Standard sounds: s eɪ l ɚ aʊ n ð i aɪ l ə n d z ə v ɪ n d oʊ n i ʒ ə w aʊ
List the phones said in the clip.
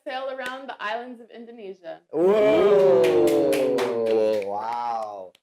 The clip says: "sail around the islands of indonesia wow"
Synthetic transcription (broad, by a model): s eɪ l ɚ aʊ n ð i aɪ l ə n d z ə v ɪ n d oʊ n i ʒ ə w aʊ